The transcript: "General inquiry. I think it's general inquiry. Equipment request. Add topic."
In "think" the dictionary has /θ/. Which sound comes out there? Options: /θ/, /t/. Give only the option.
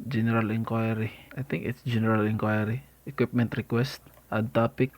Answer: /t/